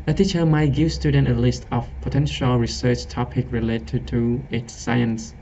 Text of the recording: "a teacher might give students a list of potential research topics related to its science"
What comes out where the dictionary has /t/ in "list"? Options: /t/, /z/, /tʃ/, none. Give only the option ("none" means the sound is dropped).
/t/